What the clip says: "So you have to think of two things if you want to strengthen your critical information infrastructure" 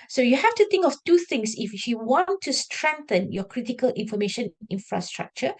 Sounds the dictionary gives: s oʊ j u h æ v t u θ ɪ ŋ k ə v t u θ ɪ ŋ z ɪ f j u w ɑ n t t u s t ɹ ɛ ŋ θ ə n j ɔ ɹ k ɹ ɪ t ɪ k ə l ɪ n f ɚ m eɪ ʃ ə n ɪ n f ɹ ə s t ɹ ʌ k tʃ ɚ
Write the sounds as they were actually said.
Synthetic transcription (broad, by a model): s oʊ j u h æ f t u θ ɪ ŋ k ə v t u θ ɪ ŋ s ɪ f j u w ɑ n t t u s t ɹ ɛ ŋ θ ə n j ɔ k ɹ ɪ t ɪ k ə l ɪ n f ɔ m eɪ ʃ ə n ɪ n f ɹ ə s t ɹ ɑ k tʃ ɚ